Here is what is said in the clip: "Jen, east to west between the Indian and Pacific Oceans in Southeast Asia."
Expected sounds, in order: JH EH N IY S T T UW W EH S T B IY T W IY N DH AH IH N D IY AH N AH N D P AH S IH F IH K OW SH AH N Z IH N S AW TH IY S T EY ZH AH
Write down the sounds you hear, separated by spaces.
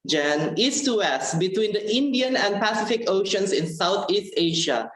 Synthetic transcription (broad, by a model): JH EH N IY S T T UW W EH S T B IY T W IY N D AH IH N D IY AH N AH N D P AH S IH F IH K OW SH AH N S IH N S AW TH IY S T EY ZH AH